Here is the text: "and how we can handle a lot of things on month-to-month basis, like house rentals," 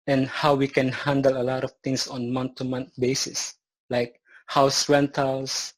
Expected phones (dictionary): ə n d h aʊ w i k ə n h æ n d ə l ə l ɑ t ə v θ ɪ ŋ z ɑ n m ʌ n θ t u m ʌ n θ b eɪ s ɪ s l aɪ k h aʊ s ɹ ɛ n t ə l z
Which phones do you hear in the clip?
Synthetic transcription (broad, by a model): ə n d h aʊ w i k ə n h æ n d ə l ə l ɑ t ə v t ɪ ŋ s ɑ n m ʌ n t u m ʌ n t b eɪ s ɪ s l aɪ k h aʊ s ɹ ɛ n t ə l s